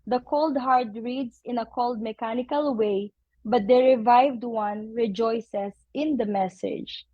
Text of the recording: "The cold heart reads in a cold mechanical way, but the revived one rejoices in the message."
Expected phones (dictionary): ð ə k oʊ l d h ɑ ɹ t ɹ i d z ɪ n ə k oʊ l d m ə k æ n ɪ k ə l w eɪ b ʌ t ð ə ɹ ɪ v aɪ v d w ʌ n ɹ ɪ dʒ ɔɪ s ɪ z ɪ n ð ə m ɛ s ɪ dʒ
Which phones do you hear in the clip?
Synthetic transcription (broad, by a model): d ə k oʊ l d h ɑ ɹ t ɹ i d s ɪ n ə k oʊ l d m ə k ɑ n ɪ k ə l w eɪ b ʌ t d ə ɹ ɪ v aɪ v d w ʌ n ɹ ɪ dʒ ɔɪ s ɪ s ɪ n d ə m ɛ s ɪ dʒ